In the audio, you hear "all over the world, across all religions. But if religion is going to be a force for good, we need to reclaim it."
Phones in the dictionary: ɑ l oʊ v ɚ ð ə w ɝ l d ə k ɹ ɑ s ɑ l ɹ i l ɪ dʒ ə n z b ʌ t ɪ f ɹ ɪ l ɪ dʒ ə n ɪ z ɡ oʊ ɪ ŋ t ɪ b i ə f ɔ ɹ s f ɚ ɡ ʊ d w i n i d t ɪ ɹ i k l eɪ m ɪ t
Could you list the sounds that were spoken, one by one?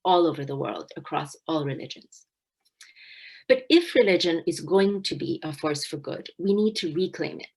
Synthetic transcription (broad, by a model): ɑ l oʊ v ɚ ð ə w ɝ l d ə k ɹ ɑ s ɑ l ɹ i l ɪ dʒ ə n z b ʌ t ɪ f ɹ ɪ l ɪ dʒ ə n ɪ z ɡ oʊ ɪ ŋ t ɪ b i ə f ɔ ɹ s f ɚ ɡ ʊ d w i n i d t ɪ ɹ i k l eɪ m ɪ t